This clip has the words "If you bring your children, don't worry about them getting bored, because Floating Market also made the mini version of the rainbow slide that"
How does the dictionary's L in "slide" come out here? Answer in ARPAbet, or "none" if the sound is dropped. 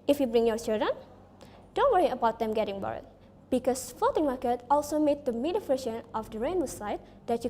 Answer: none